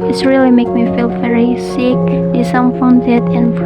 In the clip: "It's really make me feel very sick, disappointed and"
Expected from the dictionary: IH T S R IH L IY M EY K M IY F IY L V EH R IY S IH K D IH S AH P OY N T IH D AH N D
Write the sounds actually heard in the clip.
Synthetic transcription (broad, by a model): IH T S R IH L IY M EY K M IY F IY L V EH R IY S IH K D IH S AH F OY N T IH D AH N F